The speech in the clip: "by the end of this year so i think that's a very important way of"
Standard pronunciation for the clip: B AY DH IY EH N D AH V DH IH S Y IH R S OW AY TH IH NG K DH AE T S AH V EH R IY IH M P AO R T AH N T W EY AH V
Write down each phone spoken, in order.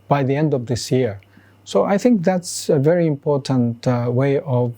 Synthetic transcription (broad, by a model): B AY DH IY EH N D AH V DH IH S Y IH R S OW AY TH IH NG K DH AE T S AH V EH R IY IH M P AO R T AH N T W EY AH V